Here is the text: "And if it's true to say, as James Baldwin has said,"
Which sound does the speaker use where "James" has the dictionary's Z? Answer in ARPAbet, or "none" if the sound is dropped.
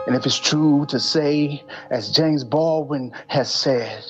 Z